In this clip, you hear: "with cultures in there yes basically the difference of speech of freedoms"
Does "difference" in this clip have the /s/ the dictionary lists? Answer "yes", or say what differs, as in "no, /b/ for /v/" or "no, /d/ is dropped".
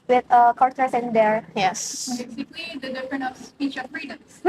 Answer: no, /s/ is dropped